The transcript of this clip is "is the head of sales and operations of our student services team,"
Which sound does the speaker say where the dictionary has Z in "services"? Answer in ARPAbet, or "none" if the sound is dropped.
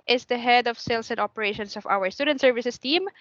S